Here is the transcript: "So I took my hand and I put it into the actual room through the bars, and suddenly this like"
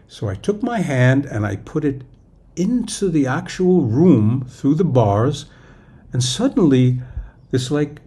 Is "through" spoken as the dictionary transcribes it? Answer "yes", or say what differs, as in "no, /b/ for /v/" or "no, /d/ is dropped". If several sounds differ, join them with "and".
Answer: yes